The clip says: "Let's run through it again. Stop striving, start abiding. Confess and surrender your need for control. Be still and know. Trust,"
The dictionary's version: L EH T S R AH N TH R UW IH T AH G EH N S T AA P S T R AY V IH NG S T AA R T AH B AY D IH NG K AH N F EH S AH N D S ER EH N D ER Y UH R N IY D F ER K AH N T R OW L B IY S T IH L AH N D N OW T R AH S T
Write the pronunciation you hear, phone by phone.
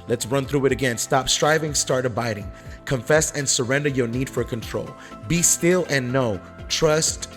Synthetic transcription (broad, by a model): L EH T S R AH N TH R UW IH T AH G EH N S T AA P S T R AY V IH NG S T AA R T AH B AY D IH NG K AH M F EH S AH N S ER EH N D ER Y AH R N IY D F ER K AH N T R OW L B IY S T IH L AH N N OW T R AH S T